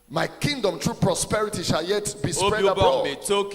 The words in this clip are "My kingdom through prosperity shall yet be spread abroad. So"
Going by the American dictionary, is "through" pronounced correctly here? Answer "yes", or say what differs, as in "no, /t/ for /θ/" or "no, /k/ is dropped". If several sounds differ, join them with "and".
no, /t/ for /θ/